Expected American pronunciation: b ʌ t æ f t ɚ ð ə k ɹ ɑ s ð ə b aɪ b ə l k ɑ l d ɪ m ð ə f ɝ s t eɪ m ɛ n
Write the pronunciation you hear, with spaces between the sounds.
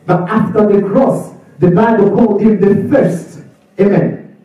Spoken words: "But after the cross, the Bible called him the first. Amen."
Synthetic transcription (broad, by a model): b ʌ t æ f t ɚ ð ə k ɹ ɑ s ð ə b aɪ b ə l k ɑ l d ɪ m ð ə f ɝ s t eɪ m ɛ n